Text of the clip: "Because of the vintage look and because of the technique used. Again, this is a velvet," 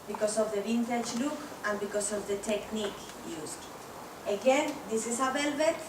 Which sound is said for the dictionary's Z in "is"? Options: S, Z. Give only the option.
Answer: S